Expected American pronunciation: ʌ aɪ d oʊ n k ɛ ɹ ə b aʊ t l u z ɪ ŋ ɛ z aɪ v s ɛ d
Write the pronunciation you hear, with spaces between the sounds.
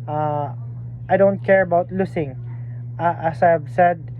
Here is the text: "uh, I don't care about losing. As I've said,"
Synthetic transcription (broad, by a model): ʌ aɪ d oʊ n k ɛ ɹ ə b aʊ t l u s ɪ ŋ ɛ s aɪ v s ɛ d